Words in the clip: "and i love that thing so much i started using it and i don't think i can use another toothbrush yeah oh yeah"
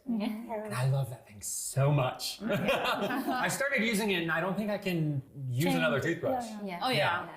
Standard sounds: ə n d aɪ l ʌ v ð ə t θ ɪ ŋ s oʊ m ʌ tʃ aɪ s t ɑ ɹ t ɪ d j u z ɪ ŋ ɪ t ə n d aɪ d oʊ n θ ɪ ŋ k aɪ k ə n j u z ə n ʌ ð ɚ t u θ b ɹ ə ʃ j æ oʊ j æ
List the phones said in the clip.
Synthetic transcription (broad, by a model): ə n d aɪ l ʌ v ð ə t θ ɪ ŋ s oʊ m ʌ tʃ aɪ s t ɑ ɹ t ɪ d j u z ɪ ŋ ɪ t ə n aɪ d oʊ n θ ɪ ŋ k aɪ k ə n j u z ə n ʌ ð ɚ t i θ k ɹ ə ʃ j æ oʊ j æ